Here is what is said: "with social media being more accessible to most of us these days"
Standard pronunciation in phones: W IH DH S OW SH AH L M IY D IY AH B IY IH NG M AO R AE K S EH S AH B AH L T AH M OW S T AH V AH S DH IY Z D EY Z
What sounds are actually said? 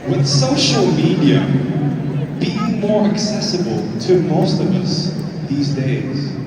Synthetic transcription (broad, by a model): W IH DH S OW SH AH L M IY D IY AH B IY M AO R AE K S EH S AH B AH L T AH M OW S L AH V AH S DH IY Z D EY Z